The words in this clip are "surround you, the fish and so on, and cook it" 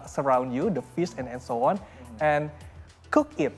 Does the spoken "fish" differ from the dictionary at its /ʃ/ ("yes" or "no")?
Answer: yes